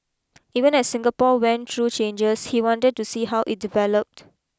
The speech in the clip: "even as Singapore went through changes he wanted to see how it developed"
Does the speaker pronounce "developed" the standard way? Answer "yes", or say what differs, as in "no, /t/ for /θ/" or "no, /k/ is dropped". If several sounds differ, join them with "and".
yes